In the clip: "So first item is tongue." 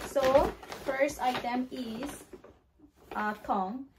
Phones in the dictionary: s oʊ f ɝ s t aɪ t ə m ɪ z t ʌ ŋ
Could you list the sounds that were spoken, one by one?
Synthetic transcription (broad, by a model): s oʊ f ɝ s t aɪ t ə m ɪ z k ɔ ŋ